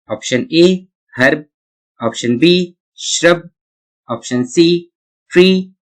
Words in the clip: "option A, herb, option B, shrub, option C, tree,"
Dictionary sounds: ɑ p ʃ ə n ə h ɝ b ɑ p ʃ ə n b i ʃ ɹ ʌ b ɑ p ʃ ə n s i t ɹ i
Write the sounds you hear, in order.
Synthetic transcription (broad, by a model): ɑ p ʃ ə n ə h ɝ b ɑ p ʃ ə n b i ʃ ɹ ʌ b ɑ p ʃ ə n s i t ɹ i